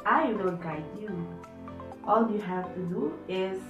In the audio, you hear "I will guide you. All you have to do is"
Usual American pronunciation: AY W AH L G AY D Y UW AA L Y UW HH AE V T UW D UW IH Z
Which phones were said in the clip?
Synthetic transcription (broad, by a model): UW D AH N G AY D Y UW AA L Y UW HH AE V T UW D UW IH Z